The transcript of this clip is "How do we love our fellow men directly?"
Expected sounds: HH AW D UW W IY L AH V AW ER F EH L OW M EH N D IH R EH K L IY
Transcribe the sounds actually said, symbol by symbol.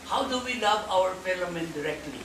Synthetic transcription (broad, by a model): HH AW D UW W IY L AH V AW ER P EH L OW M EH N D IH R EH K L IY